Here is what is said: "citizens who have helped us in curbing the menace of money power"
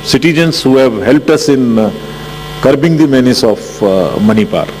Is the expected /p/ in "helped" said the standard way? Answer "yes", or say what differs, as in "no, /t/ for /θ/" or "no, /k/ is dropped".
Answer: yes